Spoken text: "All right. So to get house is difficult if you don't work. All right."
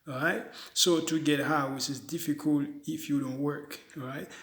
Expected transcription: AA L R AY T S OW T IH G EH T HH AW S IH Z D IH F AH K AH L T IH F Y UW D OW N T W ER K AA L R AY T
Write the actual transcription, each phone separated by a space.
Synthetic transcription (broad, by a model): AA R AY T S OW T IH G EH T HH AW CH IH Z D IH F AH K AH L T IH F Y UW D OW N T W ER K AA R AY T